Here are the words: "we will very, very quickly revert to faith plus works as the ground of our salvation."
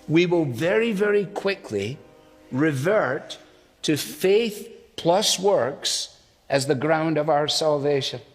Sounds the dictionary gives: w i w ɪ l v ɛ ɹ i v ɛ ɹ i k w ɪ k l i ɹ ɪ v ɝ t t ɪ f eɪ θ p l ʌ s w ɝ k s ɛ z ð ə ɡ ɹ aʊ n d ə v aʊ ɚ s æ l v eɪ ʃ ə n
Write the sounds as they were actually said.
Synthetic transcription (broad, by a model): w i w ɪ l v ɛ ɹ i v ɛ ɹ i k w ɪ k l i ɹ ɪ v ɝ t t ɪ f eɪ θ p l ʌ s w ɝ k s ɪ z ð ə ɡ ɹ aʊ n d ə v aʊ ɚ s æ l v eɪ ʃ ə n